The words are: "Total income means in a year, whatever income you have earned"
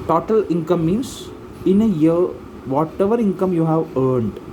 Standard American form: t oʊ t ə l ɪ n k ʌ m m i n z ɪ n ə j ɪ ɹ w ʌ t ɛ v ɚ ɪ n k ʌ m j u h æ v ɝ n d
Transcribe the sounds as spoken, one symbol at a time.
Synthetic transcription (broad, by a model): t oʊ t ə l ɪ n k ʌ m m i n s ɪ n ə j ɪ ɹ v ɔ t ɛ v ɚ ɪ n k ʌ m j u h æ v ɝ n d